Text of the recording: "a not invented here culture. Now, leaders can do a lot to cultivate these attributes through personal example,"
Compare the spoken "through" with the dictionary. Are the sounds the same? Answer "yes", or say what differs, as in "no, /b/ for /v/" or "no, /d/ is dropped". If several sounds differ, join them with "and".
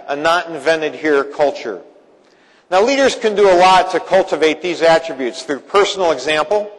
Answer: yes